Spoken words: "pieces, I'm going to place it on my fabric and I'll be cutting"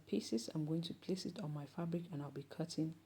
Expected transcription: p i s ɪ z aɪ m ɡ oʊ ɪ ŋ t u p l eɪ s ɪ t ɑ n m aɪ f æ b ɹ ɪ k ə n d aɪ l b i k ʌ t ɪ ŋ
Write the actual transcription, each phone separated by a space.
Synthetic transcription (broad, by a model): p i s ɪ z aɪ m ɡ oʊ ɪ ŋ t u p l eɪ s ɪ t ɑ n m aɪ f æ b ɹ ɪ k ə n aɪ l b i k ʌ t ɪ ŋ